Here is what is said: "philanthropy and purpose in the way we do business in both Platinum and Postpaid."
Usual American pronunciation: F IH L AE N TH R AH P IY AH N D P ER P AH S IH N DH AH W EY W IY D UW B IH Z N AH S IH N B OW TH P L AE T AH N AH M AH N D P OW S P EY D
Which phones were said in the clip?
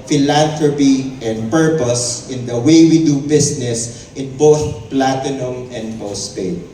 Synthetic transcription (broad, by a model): F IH L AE N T R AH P IY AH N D P ER P AH S IH N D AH W EY W IY D UW B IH S N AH S IH N B OW TH P L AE T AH N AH M AH N D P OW S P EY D